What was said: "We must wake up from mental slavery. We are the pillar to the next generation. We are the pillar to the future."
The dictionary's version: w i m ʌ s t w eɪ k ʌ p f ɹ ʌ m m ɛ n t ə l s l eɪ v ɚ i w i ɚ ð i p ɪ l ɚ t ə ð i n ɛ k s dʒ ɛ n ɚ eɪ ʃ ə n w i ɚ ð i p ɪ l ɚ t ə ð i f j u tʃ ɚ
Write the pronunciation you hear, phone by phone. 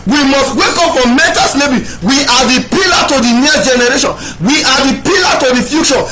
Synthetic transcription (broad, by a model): w i m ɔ s t w eɪ k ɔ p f ɹ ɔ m m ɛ n t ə s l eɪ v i w i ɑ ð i p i l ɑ t ə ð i n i s dʒ ɛ n ɚ eɪ ʃ ə n w i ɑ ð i p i l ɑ t ə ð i f j u tʃ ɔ